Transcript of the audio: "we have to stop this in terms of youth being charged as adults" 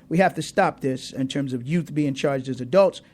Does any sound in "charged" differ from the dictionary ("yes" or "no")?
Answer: no